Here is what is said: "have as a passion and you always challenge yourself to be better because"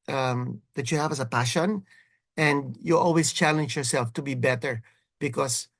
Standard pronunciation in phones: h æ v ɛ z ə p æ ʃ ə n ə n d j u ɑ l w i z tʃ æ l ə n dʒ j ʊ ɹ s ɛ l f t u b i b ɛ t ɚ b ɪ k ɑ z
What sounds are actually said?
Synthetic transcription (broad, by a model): h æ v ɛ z ə p æ ʃ ə n ə n d j u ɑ l w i s tʃ æ l ə n dʒ j ʊ ɹ s ɛ l f t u b i b ɛ t ɚ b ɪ k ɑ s